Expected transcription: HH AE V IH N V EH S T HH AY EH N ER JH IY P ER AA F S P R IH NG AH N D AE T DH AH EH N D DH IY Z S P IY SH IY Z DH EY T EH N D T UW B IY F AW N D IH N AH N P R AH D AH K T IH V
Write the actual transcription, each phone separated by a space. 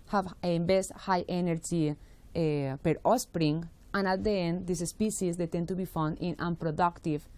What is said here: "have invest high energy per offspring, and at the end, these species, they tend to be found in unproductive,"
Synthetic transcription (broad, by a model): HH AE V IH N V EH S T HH AY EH N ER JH IY P ER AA S P R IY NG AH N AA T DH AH EH N D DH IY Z S P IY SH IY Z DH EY T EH N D T UW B IY F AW N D IH N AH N P R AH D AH K T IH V